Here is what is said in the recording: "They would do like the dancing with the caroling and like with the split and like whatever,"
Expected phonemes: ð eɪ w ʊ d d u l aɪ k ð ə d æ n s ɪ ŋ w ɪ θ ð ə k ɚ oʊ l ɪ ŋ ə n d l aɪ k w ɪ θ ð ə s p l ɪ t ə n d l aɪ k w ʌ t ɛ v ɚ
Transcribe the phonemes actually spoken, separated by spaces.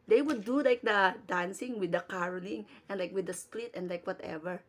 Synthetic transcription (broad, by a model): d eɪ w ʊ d d u l aɪ k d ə d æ n s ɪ ŋ w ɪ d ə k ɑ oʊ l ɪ ŋ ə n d l aɪ k w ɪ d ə s p l ɪ t ə n d l aɪ k w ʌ t ɛ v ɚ